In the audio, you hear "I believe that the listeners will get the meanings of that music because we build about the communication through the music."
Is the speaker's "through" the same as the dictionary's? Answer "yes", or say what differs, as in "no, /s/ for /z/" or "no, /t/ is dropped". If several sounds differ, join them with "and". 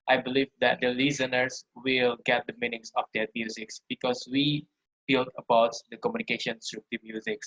no, /s/ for /θ/